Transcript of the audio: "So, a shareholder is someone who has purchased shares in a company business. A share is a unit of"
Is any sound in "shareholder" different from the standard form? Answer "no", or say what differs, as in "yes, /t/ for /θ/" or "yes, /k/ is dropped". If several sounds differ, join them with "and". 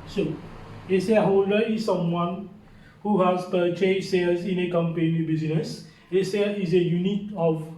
yes, /s/ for /ʃ/